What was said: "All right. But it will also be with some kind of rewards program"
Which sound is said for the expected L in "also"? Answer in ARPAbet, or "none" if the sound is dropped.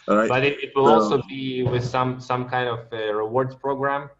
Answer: L